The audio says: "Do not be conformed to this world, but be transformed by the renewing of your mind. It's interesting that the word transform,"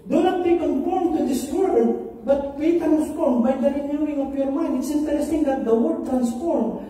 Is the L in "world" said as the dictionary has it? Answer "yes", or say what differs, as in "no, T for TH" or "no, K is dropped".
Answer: no, L is dropped